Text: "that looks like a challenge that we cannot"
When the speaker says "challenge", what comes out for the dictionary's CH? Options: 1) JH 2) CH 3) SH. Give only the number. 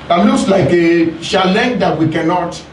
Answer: 3